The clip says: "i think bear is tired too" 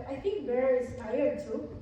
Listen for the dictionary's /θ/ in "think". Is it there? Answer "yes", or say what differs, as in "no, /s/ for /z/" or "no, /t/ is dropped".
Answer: no, /t/ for /θ/